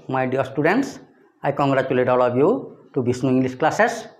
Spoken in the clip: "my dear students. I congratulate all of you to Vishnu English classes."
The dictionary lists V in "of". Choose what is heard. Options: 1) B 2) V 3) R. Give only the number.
1